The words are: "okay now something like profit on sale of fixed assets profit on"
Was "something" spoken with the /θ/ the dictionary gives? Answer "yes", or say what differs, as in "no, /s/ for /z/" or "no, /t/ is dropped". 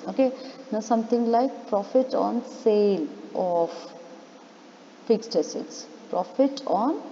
no, /t/ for /θ/